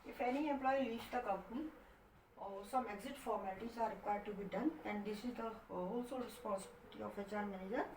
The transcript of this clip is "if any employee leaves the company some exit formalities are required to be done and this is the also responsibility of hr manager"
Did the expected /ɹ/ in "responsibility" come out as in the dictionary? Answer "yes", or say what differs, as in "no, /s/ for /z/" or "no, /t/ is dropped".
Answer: no, /l/ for /ɹ/